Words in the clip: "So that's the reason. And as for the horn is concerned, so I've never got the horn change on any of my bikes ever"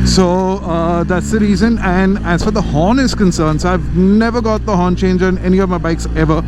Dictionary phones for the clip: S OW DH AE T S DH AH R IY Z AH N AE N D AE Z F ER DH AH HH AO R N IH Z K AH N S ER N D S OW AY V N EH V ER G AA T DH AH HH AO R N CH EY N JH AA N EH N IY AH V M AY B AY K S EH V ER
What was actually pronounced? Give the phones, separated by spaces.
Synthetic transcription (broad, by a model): S OW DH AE T S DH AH R IY Z AH N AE N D AE Z F ER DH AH HH AO N IH Z K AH N S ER N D S OW AY V N EH V ER G AA T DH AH HH AO N CH EY N JH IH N EH N IY AH V M AY B AY K S EH V ER